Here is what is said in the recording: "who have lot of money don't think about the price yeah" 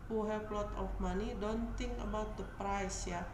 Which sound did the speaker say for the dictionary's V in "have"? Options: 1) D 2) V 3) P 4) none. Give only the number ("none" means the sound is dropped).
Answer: 3